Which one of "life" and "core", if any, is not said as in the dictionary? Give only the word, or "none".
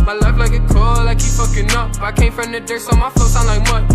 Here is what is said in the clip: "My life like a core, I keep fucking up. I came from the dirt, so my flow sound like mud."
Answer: core